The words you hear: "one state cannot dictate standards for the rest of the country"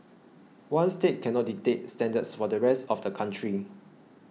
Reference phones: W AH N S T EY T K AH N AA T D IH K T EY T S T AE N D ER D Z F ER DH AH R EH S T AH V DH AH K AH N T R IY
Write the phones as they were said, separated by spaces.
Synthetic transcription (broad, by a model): W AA N S T EY T K AH N AA T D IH T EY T S T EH N D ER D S F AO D AH R EH S T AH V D AH K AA N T R IY